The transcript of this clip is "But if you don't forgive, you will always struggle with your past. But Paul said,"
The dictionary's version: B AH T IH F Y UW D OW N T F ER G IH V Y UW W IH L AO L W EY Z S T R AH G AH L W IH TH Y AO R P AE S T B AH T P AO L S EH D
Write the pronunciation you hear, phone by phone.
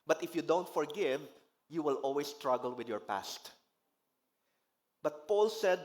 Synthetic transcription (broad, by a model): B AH T IH F Y UW D OW N T F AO G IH V Y UW W IH L AO L W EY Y S T R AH G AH L W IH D Y AO R P AE S T B AH T P AO L S EH D